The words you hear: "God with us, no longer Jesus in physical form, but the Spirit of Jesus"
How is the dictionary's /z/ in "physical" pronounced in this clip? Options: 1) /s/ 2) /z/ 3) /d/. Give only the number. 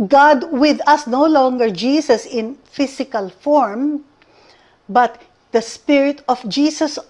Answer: 1